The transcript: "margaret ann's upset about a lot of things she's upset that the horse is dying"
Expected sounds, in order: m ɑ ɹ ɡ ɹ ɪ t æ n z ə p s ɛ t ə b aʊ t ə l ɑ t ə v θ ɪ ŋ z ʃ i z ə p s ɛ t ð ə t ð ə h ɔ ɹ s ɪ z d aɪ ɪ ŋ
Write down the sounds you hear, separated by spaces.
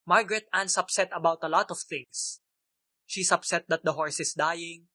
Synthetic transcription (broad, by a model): m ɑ ɹ ɡ ɹ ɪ t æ n s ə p s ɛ t ə b aʊ t ə l ɑ t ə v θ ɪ ŋ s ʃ i s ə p s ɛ t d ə t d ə h ɔ ɹ s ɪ s d aɪ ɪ ŋ